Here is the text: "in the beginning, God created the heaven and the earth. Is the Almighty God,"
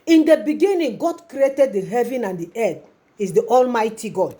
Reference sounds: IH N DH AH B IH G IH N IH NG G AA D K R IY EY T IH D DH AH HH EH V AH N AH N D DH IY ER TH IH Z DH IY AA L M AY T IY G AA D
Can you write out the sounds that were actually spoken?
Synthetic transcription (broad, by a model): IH N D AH B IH G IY N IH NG G AA D K R IY EY T IH D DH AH HH EH V AH N AH N D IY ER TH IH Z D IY AA L M AY T IY G AA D